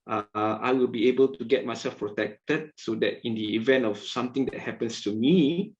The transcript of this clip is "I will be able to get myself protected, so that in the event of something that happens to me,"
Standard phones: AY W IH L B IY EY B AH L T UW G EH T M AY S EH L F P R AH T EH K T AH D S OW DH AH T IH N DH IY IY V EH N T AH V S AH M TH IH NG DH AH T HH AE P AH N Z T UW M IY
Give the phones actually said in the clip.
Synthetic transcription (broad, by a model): AY W IH L B IY EY B AH L T UW G EH T M AY S EH L F P R AH T EH K T AH D S OW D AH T IH N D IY IY V EH N T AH F S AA M T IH NG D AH T HH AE P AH N S T UW M IY